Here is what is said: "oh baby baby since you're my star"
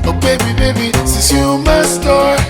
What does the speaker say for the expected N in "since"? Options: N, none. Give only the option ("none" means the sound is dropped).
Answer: none